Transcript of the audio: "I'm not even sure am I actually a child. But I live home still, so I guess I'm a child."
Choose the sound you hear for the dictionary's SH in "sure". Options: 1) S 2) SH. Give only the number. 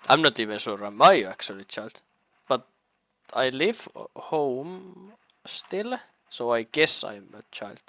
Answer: 1